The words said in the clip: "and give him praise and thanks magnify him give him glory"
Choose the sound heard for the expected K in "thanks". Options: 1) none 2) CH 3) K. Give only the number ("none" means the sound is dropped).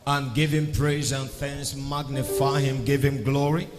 1